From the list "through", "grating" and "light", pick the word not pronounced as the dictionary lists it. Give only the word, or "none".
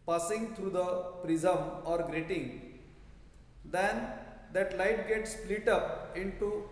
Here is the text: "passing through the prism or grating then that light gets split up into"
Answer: through